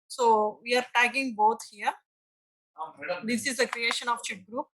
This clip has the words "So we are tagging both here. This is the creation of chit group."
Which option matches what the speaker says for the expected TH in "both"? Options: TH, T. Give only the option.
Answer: T